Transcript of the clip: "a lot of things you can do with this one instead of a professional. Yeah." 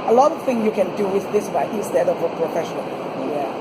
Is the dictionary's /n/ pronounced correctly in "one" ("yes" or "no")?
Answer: no